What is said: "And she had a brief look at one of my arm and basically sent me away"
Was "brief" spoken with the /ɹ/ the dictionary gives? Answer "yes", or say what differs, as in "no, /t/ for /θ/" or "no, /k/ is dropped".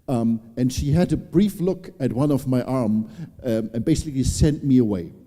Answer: yes